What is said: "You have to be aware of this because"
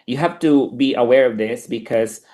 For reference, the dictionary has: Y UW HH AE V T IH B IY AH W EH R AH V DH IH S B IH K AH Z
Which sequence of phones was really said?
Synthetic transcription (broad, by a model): Y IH HH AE F T IH B IY AH W EH R AH V DH IH S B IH K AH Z